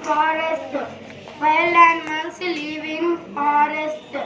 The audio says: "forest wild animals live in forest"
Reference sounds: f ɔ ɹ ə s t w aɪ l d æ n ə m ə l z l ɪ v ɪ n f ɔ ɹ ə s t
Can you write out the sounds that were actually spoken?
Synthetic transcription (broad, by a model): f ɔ ɹ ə s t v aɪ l æ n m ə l s l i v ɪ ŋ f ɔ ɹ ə s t